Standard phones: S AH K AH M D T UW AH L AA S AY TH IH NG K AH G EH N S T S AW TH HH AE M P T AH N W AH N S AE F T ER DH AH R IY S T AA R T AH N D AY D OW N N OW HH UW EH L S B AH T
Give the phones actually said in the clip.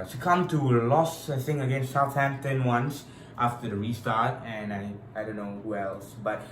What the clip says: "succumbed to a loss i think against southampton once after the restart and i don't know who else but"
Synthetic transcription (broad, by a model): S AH K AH M T UW AH L AA S AY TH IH NG AH G EH N S T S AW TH HH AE M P T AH N W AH N S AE F T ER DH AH R IY S T AA R T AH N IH AY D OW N N OW HH UW EH L S B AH T